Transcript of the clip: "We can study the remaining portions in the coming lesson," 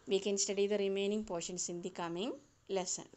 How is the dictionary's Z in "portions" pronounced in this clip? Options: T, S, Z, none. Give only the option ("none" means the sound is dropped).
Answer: S